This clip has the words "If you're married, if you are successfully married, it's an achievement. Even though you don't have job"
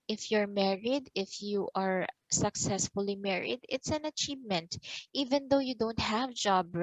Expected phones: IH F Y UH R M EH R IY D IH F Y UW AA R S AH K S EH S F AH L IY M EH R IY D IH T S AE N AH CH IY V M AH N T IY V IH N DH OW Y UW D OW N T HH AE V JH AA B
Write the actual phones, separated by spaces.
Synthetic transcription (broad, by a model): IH F Y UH R M EH R IY D IH F Y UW AA R S AH K S EH S F AH L IY M EH R IY D IH T S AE N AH CH IY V M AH N T IY V IH N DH OW Y UW D OW N T HH AE V JH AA B